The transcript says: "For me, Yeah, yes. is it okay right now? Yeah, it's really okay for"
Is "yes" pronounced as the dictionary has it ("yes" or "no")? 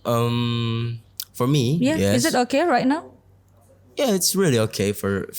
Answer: no